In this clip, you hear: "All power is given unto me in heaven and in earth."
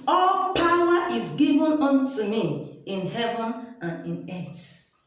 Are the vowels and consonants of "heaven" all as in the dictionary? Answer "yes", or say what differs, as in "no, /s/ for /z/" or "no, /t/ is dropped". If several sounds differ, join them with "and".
yes